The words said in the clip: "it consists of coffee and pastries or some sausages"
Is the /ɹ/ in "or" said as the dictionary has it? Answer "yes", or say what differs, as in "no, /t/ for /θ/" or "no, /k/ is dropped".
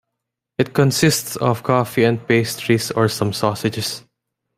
yes